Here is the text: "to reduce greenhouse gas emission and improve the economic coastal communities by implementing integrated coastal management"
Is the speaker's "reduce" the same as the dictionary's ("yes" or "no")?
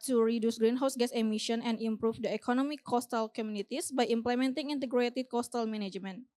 yes